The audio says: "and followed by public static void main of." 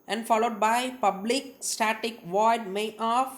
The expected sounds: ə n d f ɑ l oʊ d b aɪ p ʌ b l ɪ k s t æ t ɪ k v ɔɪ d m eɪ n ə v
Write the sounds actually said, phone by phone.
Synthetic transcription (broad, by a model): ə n d f ɑ l oʊ d b aɪ p ʌ b l ɪ k s t æ t ɪ k v ɔɪ d m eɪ ə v